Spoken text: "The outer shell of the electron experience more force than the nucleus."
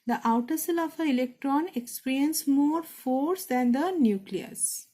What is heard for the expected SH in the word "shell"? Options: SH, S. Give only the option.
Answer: S